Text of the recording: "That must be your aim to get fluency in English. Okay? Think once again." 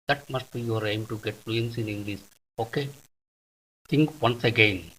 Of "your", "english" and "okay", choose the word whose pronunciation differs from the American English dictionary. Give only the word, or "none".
english